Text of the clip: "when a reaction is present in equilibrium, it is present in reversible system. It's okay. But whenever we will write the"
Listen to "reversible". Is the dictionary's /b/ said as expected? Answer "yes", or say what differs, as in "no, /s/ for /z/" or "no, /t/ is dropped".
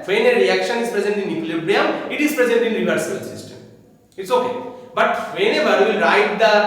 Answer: no, /b/ is dropped